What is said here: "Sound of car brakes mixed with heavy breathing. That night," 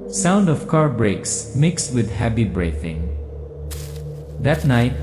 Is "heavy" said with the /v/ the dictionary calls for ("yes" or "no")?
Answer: no